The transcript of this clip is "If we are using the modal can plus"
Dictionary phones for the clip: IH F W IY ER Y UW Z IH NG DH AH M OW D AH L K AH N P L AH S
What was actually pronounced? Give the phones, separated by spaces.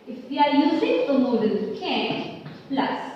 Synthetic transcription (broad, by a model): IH F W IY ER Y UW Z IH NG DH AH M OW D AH N K AH N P L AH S